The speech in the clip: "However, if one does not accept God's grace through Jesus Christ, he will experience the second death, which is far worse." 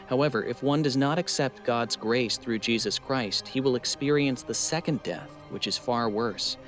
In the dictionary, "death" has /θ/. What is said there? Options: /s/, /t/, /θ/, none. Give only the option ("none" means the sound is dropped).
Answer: /θ/